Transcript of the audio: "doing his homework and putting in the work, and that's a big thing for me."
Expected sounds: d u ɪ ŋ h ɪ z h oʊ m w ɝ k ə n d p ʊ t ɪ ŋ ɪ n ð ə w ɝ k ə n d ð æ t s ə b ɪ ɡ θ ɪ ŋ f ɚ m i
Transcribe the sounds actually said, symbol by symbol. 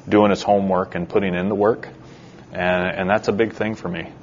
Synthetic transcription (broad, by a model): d u ɪ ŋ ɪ s h oʊ m w ɝ k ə n p ʊ t ɪ ŋ ɪ n ð ə w ɝ k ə n ð æ t s ə b ɪ ɡ θ ɪ ŋ f ɚ m i